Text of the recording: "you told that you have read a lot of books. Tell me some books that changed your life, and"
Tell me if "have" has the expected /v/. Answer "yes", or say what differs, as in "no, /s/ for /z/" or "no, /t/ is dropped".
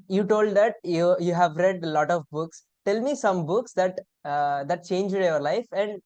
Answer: yes